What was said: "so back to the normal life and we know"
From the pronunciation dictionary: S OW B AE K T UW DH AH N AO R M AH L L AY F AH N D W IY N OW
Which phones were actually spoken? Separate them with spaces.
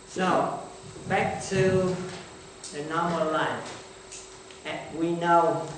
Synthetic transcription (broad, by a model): S OW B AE K T UW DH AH N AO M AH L L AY AH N W IY N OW